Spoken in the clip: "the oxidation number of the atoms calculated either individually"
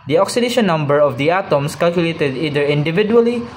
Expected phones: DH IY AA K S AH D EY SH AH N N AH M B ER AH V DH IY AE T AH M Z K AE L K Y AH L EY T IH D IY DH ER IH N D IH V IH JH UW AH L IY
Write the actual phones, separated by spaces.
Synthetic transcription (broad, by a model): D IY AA K S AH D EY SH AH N N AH M B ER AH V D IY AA T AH M S K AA L K Y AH L EY T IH D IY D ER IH N D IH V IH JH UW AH L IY